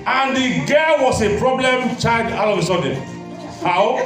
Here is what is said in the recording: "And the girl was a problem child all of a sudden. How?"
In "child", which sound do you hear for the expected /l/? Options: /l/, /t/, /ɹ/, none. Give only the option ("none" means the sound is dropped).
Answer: none